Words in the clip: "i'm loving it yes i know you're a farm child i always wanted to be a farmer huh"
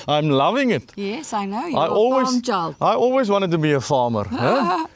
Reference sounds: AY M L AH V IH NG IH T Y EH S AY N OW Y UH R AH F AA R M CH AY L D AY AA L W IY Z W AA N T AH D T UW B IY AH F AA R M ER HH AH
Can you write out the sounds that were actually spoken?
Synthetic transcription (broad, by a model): AY M L AH V IH NG IH T Y EH S AY N OW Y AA AH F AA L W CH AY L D AY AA L W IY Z W AA N T AH D T UW B IY AH F AA M ER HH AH